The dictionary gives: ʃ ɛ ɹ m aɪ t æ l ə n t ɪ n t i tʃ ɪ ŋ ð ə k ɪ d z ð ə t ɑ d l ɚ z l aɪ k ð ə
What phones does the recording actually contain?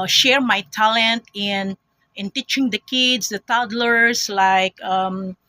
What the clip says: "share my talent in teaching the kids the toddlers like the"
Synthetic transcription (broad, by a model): ʃ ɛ ɹ m aɪ t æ l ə n t ɪ n t i tʃ ɪ ŋ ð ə k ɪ d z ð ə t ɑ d l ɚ s l aɪ k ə